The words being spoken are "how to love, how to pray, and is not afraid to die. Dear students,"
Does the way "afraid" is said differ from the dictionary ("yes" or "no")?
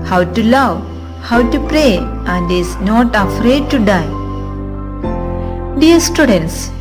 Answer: no